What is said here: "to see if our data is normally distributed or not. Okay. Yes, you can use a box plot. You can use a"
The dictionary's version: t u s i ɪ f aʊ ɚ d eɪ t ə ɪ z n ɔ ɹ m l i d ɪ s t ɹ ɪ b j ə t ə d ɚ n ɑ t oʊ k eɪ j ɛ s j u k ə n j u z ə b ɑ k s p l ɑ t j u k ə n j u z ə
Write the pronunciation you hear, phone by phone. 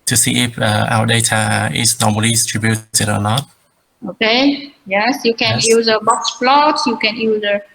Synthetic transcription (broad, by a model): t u s i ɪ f aʊ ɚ d eɪ t ə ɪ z n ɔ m i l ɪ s t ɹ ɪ b j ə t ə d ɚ n ɑ t oʊ k eɪ j ɛ s j u k ə n j u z ə b ɑ k s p l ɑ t j u k ə n j u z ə